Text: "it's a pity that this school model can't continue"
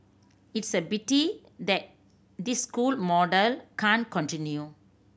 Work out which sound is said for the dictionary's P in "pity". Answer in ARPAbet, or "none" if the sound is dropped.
B